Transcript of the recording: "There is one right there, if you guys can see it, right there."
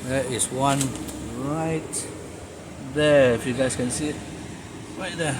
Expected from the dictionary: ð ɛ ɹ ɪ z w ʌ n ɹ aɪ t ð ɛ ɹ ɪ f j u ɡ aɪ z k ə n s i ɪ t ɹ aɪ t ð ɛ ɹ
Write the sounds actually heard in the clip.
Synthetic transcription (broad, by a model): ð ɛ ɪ s w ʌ n ɹ aɪ t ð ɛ ɪ f j u ɡ aɪ s k ə n s i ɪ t ɹ aɪ t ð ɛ